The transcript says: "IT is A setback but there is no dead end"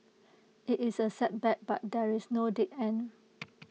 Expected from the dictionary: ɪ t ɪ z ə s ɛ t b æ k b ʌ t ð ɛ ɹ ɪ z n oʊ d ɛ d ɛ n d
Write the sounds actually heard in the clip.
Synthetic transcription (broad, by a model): ɪ t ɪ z ə s ɛ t b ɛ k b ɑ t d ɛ ɹ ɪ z n oʊ d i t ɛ n